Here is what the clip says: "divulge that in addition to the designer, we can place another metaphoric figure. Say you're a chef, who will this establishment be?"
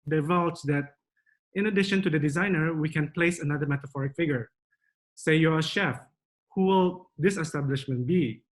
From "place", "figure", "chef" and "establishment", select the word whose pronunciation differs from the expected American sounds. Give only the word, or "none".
none